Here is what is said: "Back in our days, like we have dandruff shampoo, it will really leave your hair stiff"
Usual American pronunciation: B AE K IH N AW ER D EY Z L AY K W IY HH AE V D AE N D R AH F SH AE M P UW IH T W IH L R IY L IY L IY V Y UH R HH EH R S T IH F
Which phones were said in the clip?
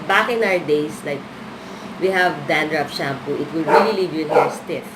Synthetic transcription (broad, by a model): B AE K IH N AW ER D EY S L AY K W IY HH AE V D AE N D R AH P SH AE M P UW IH T W IH L R IY L IY L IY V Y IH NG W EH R S T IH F